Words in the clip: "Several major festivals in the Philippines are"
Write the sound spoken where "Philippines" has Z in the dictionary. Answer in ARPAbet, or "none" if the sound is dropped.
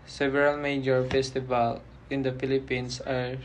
S